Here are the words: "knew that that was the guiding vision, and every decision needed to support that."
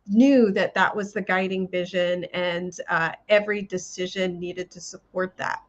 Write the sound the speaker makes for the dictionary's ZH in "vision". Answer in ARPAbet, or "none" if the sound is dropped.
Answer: ZH